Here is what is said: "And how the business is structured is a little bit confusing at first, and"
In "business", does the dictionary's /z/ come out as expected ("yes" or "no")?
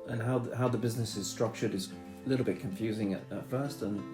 yes